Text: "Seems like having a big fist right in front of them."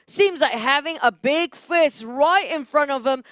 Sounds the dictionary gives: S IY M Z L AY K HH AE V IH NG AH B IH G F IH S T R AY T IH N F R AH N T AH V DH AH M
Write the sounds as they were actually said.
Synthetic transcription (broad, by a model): S IY M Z L AY K HH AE V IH NG AH B IH G F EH S R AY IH IH N F R AH N T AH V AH M